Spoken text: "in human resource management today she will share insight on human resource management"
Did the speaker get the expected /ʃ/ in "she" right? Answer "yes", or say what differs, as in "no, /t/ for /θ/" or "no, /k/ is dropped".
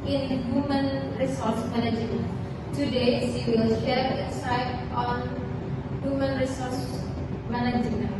no, /s/ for /ʃ/